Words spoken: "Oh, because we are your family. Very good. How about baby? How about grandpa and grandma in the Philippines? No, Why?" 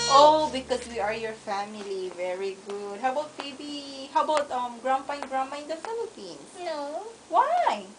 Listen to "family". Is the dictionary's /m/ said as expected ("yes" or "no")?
yes